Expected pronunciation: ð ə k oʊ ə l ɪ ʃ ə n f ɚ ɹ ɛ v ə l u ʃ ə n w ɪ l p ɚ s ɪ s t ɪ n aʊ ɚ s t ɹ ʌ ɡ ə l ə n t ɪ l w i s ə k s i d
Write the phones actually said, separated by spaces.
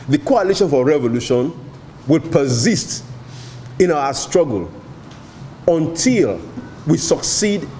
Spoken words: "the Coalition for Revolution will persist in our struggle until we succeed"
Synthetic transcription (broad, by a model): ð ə k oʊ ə l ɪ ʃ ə n f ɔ ɹ ɛ v ə l u ʃ ə n w ɪ l p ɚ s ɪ s t ɪ n aʊ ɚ s t ɹ ʌ ɡ ə l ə n t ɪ l w i s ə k s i d